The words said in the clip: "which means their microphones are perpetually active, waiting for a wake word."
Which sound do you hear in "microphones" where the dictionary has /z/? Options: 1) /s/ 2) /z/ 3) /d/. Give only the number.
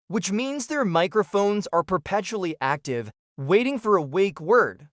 2